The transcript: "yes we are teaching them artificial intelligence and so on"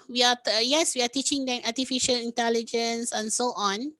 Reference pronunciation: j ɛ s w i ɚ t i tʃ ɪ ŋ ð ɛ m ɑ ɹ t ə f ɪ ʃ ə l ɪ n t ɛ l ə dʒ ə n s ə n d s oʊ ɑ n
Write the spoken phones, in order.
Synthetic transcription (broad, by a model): j ɛ s w i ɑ t i tʃ ɪ ŋ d ɛ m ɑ t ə f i ʃ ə l ɪ n t ɛ l ə dʒ ə n s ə n s oʊ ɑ n